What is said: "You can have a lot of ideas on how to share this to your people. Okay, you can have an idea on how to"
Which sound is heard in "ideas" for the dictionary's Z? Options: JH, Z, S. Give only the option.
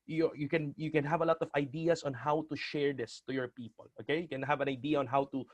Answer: S